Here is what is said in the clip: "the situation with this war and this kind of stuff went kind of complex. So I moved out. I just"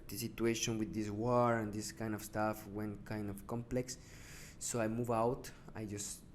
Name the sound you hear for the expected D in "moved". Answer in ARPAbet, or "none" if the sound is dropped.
none